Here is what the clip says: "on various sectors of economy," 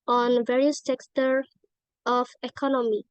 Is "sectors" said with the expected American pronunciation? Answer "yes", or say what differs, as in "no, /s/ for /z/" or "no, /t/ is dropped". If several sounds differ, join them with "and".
no, /z/ is dropped